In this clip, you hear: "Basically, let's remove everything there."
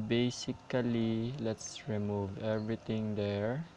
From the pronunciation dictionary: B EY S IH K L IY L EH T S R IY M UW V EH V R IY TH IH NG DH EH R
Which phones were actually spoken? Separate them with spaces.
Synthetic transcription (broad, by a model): B EY S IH K L IY L EH T S R IY M UW V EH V R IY T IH NG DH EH R